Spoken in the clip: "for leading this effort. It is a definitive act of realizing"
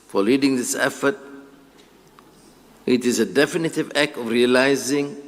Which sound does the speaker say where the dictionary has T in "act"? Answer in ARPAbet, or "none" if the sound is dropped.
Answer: T